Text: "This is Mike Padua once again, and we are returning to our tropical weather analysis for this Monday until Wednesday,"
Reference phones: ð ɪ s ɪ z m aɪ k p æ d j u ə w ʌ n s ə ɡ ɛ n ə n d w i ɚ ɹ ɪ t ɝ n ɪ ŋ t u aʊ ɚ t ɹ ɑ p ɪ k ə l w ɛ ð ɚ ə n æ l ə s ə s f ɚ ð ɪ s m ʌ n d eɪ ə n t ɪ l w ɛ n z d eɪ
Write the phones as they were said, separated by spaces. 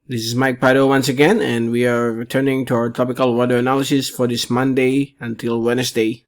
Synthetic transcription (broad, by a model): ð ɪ s ɪ z m aɪ k p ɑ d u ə w ʌ n s ə ɡ ɛ n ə n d w i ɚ ɹ ɪ t ɝ n ɪ ŋ t u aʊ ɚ t ɑ p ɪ k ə l w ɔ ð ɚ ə n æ l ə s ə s f ɚ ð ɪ s m ʌ n d eɪ ə n t ɪ l w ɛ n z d eɪ